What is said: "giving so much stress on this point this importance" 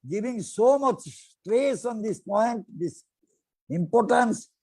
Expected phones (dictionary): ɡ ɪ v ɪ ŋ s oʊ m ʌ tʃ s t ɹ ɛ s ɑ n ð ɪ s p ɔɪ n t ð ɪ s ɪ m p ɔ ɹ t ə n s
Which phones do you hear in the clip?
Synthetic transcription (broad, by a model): ɡ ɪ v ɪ ŋ s oʊ m ʌ tʃ s t ɹ ɛ s ɑ n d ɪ s p ɔɪ n t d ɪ s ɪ m p ɔ ɹ t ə n s